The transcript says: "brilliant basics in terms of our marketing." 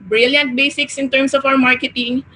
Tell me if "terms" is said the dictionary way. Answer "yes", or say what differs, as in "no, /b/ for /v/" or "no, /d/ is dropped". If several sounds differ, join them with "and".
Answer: no, /s/ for /z/